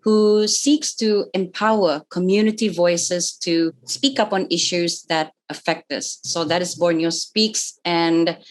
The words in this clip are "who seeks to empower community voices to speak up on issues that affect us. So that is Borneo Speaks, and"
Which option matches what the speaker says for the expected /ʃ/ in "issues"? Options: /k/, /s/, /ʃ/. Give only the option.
/ʃ/